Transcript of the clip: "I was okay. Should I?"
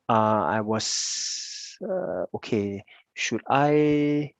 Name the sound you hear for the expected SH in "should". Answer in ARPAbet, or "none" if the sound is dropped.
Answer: SH